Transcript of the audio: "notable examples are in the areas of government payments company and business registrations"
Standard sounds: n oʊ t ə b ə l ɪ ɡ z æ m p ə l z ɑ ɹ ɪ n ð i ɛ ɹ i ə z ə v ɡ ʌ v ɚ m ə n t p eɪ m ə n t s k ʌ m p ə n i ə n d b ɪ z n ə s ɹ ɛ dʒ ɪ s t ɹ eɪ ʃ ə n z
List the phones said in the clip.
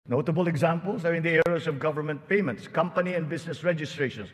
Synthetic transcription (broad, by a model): n oʊ t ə b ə l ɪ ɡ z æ m p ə l s ɑ ɹ ɪ n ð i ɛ ɹ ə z ə v ɡ ʌ v ɚ m ə n t p eɪ m ə n t s k ʌ m p ə n i ə n d b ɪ s n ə s ɹ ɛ dʒ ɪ s t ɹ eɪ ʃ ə n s